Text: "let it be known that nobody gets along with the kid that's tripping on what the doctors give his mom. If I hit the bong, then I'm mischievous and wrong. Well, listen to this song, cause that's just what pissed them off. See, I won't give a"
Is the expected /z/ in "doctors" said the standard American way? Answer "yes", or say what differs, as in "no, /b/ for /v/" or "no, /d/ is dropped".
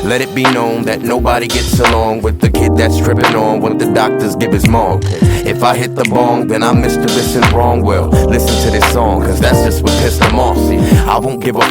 yes